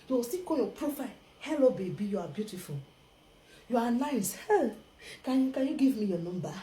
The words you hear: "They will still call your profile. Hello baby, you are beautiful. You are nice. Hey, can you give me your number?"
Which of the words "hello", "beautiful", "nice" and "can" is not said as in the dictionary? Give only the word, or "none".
none